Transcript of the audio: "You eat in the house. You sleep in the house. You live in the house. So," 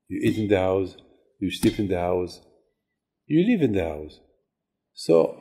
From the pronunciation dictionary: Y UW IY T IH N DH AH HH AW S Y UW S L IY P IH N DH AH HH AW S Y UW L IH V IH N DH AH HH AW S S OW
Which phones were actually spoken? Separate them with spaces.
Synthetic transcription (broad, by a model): Y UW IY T IH N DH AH HH AW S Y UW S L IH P IH N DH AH HH AW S Y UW L IH V IH N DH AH HH AW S S OW